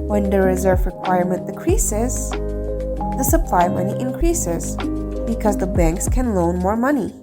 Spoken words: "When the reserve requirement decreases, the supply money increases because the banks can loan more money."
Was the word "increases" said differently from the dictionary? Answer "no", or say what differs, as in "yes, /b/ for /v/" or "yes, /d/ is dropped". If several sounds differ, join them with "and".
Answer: no